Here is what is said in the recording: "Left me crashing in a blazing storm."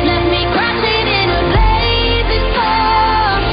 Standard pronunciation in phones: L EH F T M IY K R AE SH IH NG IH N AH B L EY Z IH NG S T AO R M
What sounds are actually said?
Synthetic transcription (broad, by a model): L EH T M IY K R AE S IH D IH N AH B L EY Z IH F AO